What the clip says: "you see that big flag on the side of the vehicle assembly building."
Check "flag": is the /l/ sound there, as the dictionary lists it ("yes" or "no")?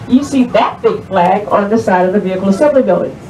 yes